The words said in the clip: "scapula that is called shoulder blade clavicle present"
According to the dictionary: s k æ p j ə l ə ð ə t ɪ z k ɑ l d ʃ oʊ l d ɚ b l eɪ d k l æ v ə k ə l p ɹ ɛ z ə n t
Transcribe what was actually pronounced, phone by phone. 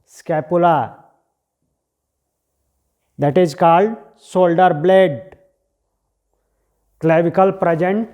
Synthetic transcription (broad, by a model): s k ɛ p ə l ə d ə t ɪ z k ɑ l d s oʊ l d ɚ b l eɪ d k l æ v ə k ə l p ɹ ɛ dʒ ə n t